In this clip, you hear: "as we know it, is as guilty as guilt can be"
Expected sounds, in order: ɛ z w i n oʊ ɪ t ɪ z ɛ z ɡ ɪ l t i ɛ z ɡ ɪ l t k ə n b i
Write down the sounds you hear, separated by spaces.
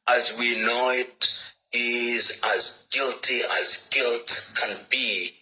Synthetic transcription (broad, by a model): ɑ z w i n oʊ ɪ t ɪ z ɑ z ɡ ɪ l t i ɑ z ɡ ɪ l t k ə n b i